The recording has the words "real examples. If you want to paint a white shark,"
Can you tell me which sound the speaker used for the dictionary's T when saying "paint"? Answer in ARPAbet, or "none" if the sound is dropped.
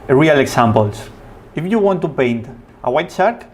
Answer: T